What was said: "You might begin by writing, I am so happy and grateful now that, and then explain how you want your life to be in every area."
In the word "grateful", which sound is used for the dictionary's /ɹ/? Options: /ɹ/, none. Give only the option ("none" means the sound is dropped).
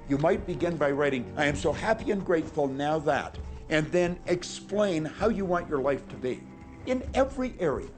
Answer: /ɹ/